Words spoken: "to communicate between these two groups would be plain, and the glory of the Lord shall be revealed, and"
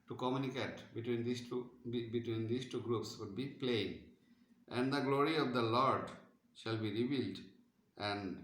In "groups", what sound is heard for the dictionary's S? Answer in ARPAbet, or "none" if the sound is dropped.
S